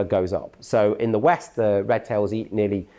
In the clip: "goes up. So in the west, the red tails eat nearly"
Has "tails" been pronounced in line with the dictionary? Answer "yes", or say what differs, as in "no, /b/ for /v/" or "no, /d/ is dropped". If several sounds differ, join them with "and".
yes